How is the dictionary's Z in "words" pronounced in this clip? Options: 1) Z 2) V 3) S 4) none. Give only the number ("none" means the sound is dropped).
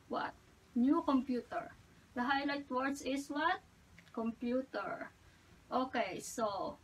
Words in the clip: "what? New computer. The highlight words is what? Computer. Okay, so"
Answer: 3